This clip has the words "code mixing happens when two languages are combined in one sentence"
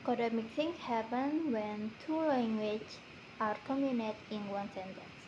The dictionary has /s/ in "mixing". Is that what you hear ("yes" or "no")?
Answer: no